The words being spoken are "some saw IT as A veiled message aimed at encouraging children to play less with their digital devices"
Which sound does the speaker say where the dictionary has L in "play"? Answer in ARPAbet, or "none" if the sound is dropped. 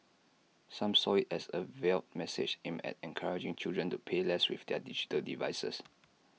none